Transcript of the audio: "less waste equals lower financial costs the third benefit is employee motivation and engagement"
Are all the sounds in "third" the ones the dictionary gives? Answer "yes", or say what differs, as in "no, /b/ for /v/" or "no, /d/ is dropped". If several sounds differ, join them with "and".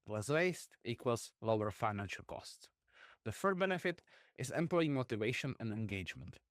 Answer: no, /f/ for /θ/